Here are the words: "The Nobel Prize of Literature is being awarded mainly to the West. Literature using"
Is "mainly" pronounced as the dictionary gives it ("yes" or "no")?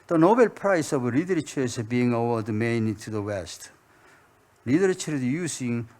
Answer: no